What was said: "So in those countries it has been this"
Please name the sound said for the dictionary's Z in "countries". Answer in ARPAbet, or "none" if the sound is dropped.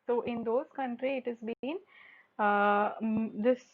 none